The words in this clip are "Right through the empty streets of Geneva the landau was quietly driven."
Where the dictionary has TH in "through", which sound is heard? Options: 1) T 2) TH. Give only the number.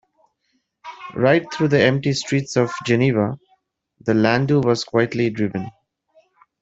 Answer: 1